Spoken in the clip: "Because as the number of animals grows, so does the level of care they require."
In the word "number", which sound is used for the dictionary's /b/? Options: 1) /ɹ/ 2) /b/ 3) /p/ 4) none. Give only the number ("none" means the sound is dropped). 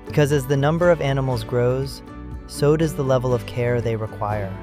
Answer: 2